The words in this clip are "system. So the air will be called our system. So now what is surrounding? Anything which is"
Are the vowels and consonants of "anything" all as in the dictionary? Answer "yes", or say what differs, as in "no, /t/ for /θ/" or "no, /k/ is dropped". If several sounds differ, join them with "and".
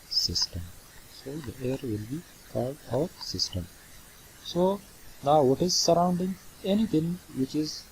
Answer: no, /t/ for /θ/